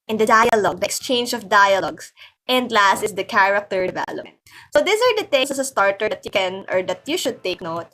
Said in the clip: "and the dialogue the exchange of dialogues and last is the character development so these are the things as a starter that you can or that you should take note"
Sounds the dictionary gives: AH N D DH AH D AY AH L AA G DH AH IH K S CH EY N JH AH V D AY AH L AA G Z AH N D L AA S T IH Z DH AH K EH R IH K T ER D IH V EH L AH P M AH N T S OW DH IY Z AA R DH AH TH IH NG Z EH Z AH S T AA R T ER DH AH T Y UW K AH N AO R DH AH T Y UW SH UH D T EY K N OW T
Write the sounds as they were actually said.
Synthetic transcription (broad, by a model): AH N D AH D AY AH L AA G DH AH K S CH EY N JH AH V D AY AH L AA G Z AH N D L AA S T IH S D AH K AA R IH K T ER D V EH L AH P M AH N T S OW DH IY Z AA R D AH T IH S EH S AH S T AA R T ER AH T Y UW K AH N AO R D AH T Y UW SH UH D T EY K N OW T